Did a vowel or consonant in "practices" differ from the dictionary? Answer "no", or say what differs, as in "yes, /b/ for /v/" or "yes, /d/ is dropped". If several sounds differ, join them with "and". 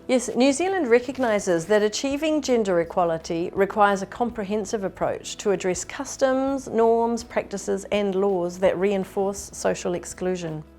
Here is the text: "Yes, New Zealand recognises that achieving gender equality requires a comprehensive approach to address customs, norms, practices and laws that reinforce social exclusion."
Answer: no